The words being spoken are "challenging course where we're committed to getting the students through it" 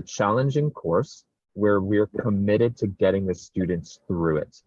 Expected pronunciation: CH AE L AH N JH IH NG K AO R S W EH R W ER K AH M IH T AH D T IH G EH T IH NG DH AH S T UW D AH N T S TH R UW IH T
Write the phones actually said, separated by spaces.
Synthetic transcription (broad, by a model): CH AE L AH N JH IH NG K AO R S W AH R W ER K AH M IH T AH D T IH G EH T IH NG DH AH S T UW D N T S TH R UW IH T